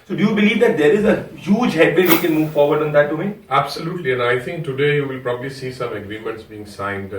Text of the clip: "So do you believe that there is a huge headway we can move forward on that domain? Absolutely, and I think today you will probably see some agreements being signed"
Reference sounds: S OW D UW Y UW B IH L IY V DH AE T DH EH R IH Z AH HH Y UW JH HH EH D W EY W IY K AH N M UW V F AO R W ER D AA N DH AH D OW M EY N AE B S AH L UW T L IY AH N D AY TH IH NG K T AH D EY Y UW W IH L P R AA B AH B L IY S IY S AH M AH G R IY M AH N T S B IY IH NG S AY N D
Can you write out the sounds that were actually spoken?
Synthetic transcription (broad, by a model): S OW D UW Y UW B IH L IY V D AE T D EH R IH Z AH HH Y UW JH HH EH D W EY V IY K AH N M UW V F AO R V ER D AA N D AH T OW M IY AE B S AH L UW T L IY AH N AY T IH NG K T AH D EY Y UW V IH L P R AA B AH B L IY S IY S AH M AH G R IY M AH N T S B IY IH NG S AY N D